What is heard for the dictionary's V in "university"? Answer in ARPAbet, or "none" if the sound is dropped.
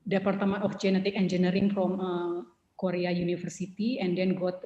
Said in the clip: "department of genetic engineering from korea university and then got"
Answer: F